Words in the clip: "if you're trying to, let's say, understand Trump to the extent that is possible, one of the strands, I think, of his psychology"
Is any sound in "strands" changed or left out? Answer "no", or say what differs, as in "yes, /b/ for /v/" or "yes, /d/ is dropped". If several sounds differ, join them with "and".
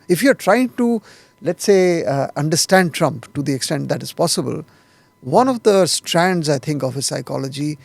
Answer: no